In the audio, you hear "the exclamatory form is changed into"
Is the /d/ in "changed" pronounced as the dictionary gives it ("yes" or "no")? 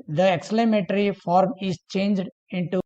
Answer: yes